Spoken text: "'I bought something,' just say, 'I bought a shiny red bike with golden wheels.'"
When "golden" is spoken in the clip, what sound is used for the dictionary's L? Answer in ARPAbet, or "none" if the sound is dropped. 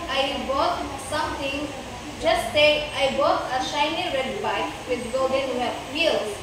none